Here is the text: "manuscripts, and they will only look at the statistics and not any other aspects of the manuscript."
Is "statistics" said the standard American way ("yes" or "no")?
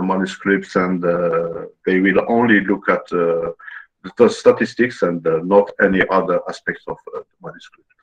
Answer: yes